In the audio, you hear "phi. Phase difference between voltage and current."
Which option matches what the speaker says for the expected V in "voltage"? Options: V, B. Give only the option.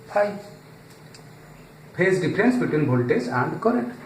B